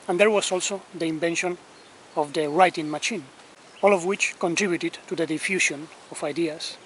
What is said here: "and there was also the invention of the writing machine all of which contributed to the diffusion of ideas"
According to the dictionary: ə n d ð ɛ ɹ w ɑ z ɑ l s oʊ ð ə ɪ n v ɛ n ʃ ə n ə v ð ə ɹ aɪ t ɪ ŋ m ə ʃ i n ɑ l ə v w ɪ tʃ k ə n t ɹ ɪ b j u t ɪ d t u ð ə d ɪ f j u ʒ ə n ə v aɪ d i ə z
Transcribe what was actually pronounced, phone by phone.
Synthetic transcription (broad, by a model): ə n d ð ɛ ɹ w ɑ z ɑ l s oʊ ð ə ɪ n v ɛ n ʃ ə n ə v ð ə ɹ aɪ t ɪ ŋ m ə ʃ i n ɑ l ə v w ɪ tʃ k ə n t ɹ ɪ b j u t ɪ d t u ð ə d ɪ f j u ʃ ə n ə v aɪ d i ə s